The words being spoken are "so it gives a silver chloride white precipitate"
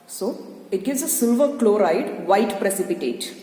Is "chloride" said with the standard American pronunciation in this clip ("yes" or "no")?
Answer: yes